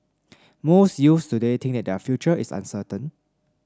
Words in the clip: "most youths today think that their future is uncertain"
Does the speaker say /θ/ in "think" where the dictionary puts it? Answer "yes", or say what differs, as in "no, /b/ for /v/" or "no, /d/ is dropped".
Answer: no, /t/ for /θ/